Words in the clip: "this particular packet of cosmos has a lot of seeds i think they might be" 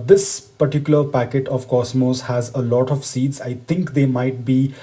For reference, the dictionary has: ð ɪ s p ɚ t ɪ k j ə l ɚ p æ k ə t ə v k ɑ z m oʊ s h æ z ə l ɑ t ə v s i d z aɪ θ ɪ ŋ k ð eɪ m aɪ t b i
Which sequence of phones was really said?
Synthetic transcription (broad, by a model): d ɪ s p ɚ t ɪ k j ə l ɚ p æ k ə t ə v k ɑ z m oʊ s h æ z ə l ɑ t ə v s i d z aɪ t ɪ ŋ k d eɪ m aɪ t b i